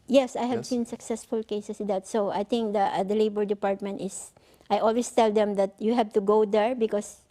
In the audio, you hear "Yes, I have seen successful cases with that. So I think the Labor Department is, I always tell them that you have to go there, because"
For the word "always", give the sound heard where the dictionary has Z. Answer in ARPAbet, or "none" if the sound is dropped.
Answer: S